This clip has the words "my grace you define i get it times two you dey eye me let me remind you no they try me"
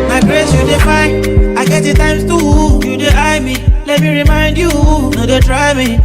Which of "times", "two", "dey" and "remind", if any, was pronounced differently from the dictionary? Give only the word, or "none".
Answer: times